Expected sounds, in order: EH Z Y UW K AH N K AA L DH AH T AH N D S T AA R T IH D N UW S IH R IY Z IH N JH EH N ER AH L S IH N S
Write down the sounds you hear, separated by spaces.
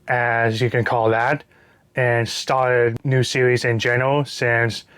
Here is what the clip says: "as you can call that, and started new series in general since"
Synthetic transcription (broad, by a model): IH Z Y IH K AH N K AA L DH AH T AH N S T AA R T IH D N UW S IH R IY Z IH N JH EH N ER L S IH N S